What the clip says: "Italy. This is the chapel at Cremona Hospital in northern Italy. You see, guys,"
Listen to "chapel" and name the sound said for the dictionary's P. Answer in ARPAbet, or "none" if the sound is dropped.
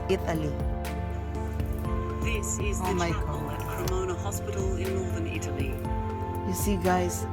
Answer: none